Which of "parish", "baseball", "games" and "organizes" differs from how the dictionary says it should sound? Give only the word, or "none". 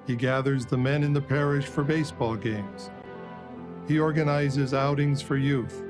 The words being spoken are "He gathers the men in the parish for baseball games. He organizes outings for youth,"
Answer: none